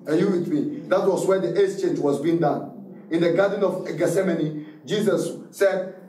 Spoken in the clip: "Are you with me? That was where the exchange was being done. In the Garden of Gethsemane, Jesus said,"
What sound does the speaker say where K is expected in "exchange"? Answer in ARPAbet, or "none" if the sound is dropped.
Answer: none